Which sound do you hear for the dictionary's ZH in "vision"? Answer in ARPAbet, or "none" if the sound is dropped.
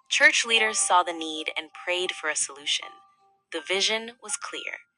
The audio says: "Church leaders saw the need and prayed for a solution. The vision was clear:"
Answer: ZH